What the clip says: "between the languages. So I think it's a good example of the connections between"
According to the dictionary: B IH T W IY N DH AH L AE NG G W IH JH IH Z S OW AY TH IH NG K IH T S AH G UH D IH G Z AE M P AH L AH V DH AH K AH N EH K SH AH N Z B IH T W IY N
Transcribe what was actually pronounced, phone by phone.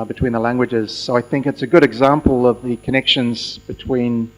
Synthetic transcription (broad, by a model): B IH T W IY N DH AH L AE NG G W IH JH IH Z S OW AY TH IH NG K IH T S AH G UH D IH G Z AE M P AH L AH V DH AH K AH N EH K SH AH N Z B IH T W IY N